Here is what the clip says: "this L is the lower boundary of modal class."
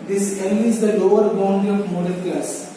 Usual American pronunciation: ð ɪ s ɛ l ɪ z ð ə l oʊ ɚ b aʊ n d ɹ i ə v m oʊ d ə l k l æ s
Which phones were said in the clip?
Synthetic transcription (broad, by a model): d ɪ s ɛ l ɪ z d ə l oʊ ɚ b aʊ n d i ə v m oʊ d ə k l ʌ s